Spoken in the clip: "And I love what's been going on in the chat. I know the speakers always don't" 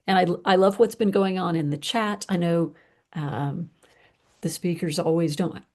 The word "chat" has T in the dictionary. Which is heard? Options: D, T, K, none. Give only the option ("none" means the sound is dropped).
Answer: T